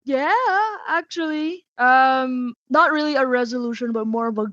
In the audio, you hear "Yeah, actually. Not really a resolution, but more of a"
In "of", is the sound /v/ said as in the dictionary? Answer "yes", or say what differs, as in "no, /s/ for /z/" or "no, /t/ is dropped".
yes